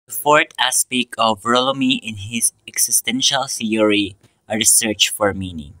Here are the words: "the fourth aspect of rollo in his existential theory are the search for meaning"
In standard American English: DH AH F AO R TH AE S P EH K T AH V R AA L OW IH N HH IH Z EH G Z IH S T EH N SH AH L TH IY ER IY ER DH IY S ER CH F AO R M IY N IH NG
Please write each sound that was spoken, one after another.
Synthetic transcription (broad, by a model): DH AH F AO R T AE S P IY K AH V R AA L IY IH N HH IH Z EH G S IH S T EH N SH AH L TH IY ER IY ER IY S ER CH F AO R M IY N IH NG